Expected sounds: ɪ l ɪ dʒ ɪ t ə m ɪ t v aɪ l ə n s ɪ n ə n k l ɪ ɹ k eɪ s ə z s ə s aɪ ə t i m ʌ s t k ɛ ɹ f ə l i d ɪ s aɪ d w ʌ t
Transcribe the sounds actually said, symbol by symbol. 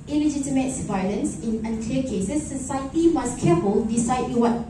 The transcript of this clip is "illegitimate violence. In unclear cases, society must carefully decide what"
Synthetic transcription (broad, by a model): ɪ l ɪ dʒ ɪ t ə m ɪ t v aɪ l ə n s ɪ n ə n k l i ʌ k eɪ s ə s ə s aɪ ə t i m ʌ s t k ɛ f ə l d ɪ s aɪ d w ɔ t